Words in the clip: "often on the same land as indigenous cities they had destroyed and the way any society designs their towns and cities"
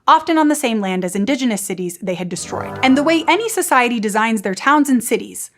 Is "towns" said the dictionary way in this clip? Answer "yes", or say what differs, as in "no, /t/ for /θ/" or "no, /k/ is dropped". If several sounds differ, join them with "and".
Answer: yes